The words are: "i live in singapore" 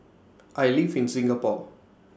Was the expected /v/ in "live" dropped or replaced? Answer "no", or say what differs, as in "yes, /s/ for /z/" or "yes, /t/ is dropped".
yes, /f/ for /v/